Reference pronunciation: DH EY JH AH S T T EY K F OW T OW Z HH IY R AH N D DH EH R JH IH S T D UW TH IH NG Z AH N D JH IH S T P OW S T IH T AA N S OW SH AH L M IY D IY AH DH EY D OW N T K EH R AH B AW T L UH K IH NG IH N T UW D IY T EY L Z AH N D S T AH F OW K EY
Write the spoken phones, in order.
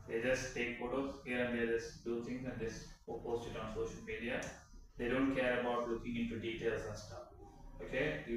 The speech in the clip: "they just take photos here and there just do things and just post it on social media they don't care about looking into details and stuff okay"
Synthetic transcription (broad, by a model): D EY JH AH S T T EY K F OW T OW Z HH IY R AH N D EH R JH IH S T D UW T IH NG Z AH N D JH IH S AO P OW S T IH T AA N S OW SH AH L M IY D IY AH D EY D OW N T K EH R AH B AW T L UH K IH NG IH N T UW D IY T EY L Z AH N S T AH F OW K EY